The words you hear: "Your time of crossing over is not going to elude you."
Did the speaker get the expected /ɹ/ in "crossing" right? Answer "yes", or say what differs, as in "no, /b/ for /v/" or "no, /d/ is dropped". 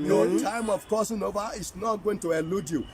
no, /ɹ/ is dropped